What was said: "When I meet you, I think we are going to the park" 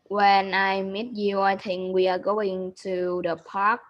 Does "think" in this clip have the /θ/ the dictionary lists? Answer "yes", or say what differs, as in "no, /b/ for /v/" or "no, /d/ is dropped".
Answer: no, /t/ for /θ/